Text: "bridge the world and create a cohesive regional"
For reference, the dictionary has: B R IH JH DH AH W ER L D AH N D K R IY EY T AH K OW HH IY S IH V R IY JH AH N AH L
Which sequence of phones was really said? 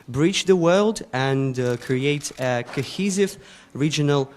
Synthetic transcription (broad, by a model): B R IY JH DH AH W ER L D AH N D K R IY EY T AH K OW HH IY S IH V R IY JH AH N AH L